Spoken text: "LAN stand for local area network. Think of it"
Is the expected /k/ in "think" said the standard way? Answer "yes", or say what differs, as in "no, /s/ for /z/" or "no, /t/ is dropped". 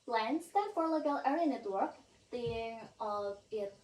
no, /k/ is dropped